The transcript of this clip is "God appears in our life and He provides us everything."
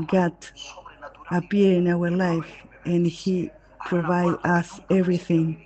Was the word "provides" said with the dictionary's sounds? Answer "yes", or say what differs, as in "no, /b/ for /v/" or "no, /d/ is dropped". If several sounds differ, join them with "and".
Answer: no, /z/ is dropped